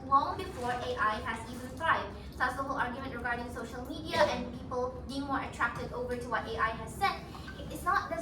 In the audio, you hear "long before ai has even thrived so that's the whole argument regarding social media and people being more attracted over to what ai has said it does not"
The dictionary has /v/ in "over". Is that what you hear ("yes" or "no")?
yes